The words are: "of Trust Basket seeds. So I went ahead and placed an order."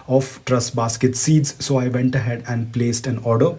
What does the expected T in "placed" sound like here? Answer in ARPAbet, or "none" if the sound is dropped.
T